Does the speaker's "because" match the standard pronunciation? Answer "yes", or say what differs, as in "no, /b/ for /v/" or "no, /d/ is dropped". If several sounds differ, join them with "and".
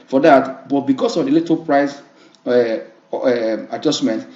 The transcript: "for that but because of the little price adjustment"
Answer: no, /s/ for /z/